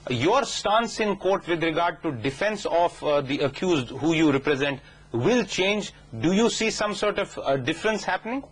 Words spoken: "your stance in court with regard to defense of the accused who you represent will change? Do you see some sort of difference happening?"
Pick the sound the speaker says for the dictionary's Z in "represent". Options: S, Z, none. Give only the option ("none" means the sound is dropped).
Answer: Z